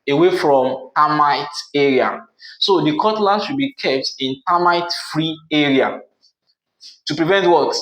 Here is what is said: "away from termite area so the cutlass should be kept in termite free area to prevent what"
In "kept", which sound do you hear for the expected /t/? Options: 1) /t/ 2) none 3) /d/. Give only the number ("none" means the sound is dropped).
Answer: 1